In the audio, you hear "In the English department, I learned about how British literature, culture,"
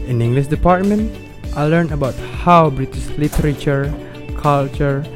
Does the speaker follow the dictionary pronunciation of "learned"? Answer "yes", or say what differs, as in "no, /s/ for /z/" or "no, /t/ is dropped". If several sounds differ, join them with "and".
no, /d/ is dropped